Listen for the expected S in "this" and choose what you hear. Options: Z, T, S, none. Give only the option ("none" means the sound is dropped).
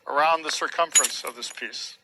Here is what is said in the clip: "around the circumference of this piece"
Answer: S